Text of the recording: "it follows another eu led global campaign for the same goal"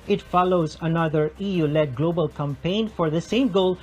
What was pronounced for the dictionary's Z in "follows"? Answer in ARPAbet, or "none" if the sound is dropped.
Z